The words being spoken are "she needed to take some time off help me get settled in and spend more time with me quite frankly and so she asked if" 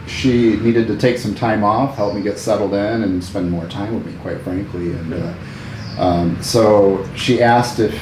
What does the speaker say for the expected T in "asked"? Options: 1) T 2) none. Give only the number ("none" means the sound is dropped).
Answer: 1